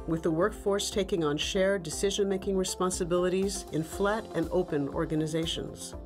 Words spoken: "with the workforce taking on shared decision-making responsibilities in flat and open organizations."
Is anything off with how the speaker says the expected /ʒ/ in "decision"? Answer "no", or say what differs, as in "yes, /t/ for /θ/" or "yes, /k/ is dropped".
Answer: no